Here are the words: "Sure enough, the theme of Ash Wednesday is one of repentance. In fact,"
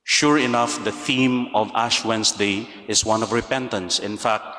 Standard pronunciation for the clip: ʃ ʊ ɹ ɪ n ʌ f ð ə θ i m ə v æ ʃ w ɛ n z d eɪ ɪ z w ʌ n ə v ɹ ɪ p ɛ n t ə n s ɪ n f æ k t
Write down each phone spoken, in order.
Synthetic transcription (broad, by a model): ʃ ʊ ɹ ɪ n ʌ f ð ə θ i m ə v æ ʃ w ɛ n s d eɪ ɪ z w ʌ n ə v ɹ ɪ p ɛ n t ə n s ɪ n f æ k t